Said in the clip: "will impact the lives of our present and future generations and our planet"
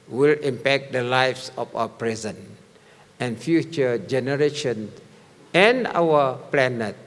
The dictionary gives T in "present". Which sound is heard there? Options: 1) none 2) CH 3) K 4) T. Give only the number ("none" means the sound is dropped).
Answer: 1